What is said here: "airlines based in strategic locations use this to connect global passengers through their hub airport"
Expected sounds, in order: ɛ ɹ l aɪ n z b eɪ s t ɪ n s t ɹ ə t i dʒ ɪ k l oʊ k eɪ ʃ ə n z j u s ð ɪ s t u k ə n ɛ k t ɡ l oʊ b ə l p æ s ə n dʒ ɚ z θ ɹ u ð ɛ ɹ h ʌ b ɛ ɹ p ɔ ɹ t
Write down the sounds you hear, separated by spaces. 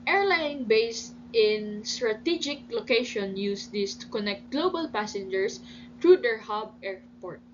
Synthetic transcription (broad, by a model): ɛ ɹ l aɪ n b eɪ s t ɪ n s t ɹ ə t i dʒ ɪ k l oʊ k eɪ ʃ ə n j u s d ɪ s t u k ə n ɛ k t ɡ l oʊ b ə l p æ s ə n dʒ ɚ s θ ɹ u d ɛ ɹ h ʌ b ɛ ɹ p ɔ ɹ t